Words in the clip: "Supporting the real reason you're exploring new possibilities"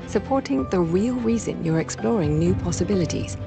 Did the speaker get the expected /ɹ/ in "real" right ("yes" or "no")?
yes